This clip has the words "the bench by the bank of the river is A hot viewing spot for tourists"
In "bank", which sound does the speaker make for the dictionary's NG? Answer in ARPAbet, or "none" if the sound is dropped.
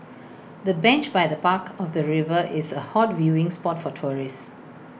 none